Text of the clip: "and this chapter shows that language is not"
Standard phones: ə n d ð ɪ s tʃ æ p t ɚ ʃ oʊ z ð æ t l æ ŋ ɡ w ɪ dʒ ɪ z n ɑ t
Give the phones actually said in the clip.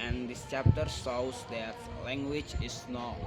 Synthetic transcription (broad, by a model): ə n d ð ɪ s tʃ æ p t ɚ s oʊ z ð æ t l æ ŋ ɡ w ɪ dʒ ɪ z n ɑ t